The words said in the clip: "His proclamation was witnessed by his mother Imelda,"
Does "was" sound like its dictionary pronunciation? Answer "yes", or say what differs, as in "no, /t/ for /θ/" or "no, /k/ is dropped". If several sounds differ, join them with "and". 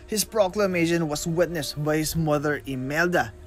no, /s/ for /z/